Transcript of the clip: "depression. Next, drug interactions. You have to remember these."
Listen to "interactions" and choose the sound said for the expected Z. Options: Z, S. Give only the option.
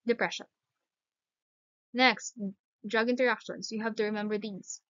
S